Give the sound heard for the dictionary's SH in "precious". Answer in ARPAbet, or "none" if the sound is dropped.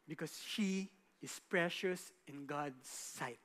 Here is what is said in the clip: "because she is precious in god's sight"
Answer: SH